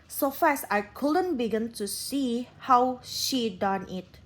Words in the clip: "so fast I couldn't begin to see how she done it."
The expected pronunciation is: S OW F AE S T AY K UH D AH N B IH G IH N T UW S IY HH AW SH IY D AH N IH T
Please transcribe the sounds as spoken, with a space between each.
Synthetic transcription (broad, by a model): S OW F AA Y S AY K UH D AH N B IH G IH N T UW S IY HH AW SH IY D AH N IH T